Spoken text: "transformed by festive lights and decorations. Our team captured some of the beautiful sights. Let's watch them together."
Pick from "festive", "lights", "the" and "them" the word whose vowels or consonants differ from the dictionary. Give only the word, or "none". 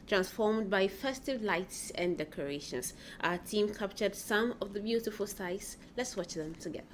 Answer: none